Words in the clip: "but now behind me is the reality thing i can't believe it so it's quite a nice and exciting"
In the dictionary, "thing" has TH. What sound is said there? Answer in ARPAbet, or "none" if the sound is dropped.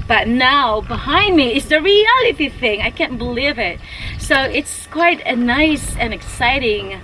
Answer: TH